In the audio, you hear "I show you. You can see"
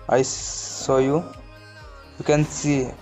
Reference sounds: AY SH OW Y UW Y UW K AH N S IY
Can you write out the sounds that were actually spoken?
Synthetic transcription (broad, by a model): AY S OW Y UW Y UW K AH N S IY